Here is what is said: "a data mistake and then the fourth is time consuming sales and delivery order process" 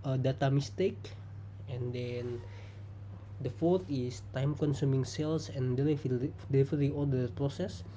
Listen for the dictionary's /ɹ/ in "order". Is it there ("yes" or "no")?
no